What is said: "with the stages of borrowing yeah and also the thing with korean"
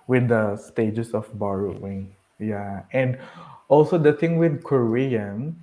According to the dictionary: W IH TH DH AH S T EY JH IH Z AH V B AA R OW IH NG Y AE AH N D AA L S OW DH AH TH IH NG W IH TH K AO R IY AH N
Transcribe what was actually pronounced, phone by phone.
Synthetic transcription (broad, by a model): W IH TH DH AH S T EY JH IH S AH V B AA R OW IH NG Y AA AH N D AA L S OW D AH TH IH NG W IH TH K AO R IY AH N